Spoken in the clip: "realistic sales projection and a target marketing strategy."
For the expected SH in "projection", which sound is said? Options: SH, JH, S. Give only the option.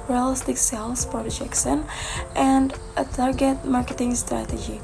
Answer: S